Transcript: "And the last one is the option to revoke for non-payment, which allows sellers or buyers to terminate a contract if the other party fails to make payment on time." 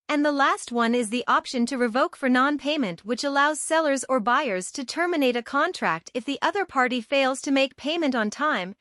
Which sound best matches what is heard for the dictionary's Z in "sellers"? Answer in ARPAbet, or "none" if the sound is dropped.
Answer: Z